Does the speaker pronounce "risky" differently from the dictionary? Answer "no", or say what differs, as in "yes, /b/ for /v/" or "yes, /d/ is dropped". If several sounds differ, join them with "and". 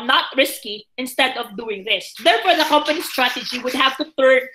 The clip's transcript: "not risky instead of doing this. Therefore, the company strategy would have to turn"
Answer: no